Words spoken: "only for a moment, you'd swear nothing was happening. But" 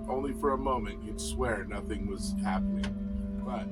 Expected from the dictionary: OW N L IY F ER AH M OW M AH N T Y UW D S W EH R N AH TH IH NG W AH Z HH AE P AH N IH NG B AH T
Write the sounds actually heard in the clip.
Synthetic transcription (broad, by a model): OW N L IY F ER AH M OW M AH N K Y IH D S W EH R N AH TH IH NG W AH Z HH AE P AH N IH NG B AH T